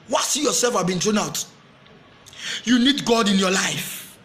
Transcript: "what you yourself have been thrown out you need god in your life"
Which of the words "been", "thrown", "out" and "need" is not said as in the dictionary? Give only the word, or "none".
thrown